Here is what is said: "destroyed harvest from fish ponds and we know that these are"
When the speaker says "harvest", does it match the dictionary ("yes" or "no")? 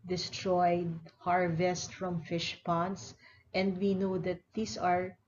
yes